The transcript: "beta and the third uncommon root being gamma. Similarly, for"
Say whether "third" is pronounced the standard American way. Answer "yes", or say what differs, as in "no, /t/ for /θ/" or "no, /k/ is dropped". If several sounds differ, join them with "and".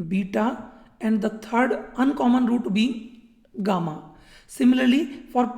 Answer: no, /t/ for /θ/